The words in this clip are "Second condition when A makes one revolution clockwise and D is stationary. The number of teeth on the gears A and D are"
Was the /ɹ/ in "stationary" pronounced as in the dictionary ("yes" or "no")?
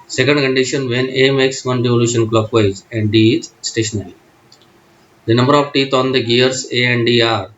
no